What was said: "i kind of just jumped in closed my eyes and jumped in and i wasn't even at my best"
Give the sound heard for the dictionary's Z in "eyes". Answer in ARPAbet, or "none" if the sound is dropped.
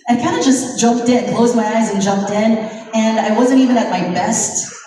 Z